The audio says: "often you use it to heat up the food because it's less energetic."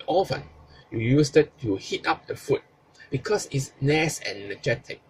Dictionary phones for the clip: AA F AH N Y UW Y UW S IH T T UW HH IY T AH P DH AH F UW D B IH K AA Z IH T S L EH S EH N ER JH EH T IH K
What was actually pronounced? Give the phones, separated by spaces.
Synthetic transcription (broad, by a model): AA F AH N Y UW Y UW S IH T T UW HH IY T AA P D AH F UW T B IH K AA S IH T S N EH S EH N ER JH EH T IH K